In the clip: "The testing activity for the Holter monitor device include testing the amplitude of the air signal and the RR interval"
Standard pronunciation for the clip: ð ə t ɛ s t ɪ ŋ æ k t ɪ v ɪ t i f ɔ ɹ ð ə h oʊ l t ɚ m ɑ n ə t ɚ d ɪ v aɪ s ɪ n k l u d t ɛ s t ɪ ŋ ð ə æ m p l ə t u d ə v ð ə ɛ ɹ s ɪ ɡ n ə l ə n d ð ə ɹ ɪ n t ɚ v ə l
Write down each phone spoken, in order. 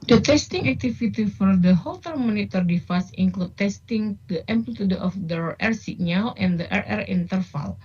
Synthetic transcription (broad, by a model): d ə t ɛ s t ɪ ŋ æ k t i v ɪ t i f ɔ ɹ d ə h oʊ l t ɚ m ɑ n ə t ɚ d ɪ f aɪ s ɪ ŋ k l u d t ɛ s t ɪ ŋ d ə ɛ m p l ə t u d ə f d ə ɛ ɹ s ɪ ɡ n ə l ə n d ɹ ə ɹ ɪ n t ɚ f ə l